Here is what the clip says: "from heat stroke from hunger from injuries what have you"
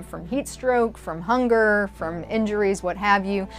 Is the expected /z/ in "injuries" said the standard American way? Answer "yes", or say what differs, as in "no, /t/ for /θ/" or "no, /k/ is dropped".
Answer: yes